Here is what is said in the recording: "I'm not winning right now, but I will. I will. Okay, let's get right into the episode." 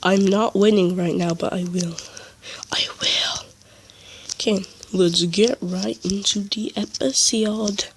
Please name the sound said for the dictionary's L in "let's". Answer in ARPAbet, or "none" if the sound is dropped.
W